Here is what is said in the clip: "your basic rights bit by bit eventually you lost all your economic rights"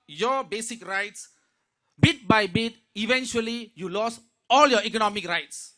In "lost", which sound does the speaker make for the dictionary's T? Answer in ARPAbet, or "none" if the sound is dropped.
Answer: none